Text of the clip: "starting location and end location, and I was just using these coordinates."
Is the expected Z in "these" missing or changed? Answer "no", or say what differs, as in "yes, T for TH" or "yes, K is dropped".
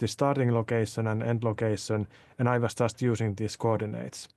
yes, S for Z